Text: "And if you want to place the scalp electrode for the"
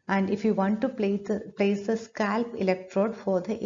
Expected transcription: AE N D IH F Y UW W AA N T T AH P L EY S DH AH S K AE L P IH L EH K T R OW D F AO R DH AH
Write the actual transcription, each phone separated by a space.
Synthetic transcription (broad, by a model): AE N D IH F Y UW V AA N T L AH P L EY S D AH S K AE L P IH L EH K T R OW D F AO R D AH